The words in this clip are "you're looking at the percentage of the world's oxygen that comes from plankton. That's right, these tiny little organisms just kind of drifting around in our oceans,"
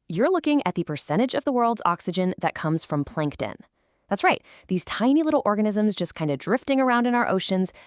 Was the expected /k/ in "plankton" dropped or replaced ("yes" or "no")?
no